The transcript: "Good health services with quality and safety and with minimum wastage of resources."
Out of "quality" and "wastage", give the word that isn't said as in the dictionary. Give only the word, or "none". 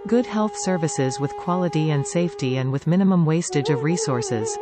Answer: none